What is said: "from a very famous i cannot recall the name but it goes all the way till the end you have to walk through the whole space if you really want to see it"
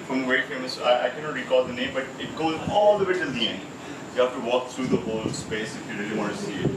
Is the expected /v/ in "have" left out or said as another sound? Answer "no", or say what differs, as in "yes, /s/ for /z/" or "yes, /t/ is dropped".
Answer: yes, /f/ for /v/